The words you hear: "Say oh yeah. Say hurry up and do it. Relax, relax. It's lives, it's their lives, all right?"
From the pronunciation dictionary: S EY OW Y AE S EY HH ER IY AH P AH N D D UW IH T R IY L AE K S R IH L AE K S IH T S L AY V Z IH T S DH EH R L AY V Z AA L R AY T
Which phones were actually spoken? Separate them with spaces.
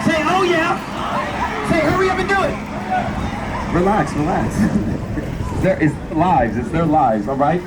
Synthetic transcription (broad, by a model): S EY OW Y AE S EY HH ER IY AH B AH N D D UW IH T R IY L AE K S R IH L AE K S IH T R L AY V Z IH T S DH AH R L AY V Z AA L R AY T